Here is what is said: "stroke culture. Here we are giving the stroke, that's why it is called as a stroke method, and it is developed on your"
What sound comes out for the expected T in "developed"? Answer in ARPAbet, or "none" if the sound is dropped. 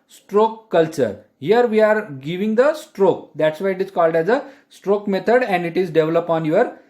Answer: none